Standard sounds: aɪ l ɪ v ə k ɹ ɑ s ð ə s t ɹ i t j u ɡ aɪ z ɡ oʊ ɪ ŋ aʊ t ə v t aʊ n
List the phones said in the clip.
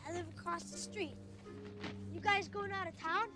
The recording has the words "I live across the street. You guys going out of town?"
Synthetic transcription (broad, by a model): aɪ l ɪ v ə k ɹ ɑ s ð ə s t ɹ i t j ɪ ɡ aɪ z ɡ oʊ ɪ ŋ aʊ t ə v t aʊ n